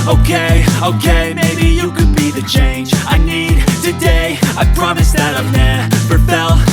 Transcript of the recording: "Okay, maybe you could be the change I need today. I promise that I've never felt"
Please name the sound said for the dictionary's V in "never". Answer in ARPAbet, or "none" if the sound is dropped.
P